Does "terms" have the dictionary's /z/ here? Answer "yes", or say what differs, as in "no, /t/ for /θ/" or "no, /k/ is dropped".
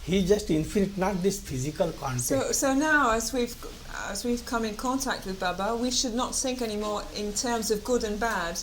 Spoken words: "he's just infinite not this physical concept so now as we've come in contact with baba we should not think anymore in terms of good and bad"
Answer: yes